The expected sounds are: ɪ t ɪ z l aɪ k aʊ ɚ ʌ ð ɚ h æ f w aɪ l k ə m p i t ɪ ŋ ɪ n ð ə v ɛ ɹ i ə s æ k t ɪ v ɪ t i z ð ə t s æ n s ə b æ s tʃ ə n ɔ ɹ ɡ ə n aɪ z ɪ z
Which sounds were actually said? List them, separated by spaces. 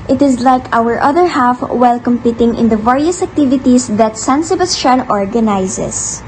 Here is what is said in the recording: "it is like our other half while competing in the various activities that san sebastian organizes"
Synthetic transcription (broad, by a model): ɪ t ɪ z l aɪ k aʊ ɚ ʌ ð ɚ h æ f w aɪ l k ə m p i t ɪ ŋ ɪ n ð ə v ɛ ɹ i ə s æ k t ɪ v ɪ t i s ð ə t s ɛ n s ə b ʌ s ʃ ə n ɔ ɹ ɡ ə n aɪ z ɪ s